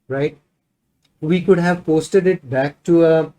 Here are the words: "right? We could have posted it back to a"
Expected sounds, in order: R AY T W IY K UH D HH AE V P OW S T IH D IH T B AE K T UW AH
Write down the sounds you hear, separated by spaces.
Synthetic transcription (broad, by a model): R AY T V IY K UH D HH AE V P OW S T IH D IH T B AE K T UW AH